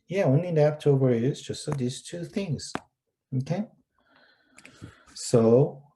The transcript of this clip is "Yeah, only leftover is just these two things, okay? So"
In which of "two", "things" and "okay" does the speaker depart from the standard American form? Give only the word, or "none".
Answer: none